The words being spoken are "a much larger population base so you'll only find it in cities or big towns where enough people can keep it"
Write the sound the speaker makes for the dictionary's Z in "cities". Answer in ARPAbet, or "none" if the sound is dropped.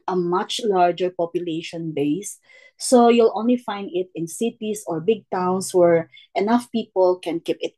S